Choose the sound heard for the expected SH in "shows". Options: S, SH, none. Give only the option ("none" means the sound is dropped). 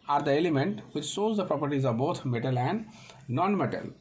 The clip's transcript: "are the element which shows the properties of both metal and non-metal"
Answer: S